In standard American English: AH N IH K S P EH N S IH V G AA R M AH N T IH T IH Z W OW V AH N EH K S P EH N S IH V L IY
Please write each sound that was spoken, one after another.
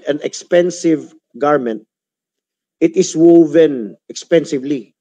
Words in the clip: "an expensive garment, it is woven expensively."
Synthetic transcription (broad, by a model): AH N IH K S P EH N S IH V G AA R M AH N T IH T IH S W OW V AH N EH K S P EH N S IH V L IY